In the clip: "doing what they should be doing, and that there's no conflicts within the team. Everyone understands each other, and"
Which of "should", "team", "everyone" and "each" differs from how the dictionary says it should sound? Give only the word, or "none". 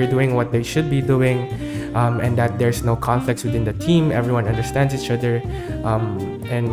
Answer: none